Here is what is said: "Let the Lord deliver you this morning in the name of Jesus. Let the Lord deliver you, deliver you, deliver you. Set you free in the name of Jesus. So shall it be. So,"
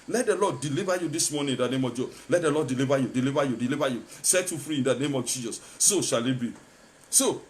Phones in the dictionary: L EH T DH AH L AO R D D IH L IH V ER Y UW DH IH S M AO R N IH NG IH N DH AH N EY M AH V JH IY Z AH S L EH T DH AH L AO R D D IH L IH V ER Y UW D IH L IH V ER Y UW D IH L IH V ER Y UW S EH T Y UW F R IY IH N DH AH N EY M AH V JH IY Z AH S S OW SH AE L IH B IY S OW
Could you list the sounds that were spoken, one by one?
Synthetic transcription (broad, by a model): L EH T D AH L AO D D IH L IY V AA Y UW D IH S M AO N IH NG IH N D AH N EY M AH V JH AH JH L EH T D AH L AO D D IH L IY V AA Y UW D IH L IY V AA Y UW D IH L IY V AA Y UW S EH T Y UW F R IY IH N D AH N EY M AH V JH IY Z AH S S OW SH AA L IH B IY S OW